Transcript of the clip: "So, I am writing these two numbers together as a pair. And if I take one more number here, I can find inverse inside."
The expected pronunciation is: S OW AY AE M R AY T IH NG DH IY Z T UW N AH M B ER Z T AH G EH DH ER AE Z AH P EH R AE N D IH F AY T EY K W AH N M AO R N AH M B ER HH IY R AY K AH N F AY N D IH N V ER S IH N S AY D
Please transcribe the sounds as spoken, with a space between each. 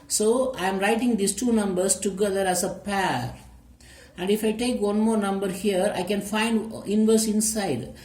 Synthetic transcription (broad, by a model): S OW AY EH M R AY T IH NG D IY S T UW N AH M B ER S T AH G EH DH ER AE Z AH P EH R AE N D IH F AY T EY K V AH N M AO R N AH M B ER HH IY R AY K AH N F AY N D IH N V ER S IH N S AY D